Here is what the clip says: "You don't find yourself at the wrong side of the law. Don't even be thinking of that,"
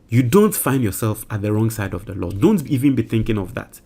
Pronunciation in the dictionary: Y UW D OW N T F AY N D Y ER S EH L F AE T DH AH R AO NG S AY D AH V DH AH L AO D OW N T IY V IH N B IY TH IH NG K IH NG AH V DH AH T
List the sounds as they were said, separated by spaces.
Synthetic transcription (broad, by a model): Y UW D OW N T F AY N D Y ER S EH L F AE T DH AH R AO NG S AY D AH V DH AH L AO D OW N T IY V IH N B IY TH IH NG K IH NG AH V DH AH T